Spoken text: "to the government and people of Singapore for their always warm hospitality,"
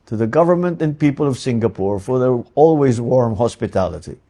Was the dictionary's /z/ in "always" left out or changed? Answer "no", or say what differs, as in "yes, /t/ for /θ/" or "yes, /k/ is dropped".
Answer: no